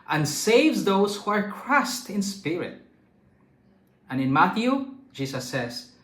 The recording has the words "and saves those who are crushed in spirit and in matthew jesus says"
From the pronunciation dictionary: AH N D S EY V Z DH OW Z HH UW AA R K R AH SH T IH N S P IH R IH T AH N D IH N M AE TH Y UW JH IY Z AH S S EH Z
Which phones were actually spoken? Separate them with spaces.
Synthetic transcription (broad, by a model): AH N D S EY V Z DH OW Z HH UW AA R K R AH S T IH N S P IH R IH T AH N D IH N M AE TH Y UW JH IY S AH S S EH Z